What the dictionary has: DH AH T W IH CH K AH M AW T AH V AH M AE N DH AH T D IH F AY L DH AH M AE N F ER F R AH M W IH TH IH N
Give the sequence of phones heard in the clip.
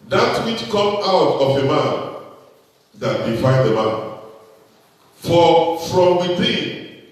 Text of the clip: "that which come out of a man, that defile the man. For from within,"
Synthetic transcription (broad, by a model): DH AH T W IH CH K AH M AW T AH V AH M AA N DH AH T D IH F AY N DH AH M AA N F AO F R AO M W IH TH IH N